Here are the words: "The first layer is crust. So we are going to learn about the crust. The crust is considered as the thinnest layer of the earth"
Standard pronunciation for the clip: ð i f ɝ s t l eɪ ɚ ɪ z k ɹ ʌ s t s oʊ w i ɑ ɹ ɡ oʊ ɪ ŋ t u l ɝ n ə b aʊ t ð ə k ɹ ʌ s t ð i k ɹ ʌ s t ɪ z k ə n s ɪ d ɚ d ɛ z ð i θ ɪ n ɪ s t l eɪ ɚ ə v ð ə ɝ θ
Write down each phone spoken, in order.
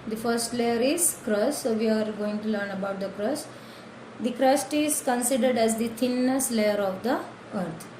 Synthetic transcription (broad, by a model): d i f ɝ s t l eɪ ɚ ɪ z k ɹ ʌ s s oʊ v i ɑ ɹ ɡ oʊ ɪ ŋ t u l ɝ n ə b aʊ t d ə k ɹ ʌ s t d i k ɹ ʌ s t ɪ z k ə n s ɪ d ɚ d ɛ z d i t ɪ n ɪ s t l eɪ ɚ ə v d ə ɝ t